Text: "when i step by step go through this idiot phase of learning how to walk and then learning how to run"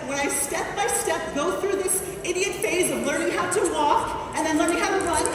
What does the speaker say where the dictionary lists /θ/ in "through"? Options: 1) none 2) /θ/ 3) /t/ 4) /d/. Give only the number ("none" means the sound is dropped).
2